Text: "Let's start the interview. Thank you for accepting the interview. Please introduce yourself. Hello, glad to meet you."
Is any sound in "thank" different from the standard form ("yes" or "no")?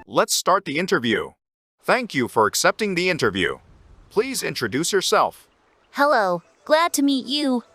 no